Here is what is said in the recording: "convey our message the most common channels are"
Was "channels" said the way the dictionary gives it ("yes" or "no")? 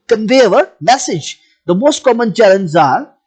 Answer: no